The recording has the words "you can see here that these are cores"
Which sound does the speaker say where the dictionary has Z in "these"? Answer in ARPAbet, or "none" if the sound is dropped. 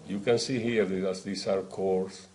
S